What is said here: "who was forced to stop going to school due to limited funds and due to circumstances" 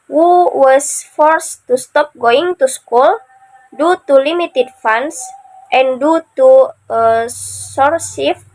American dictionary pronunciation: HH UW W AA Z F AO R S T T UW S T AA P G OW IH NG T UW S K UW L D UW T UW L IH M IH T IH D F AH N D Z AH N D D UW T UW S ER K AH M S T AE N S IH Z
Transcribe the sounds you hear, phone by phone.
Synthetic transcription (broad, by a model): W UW W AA S F AO R S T T UW S T AA P G OW IH NG T UW S K UW L D UW T UW L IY M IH T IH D F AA N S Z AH N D D UW T UW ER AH S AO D S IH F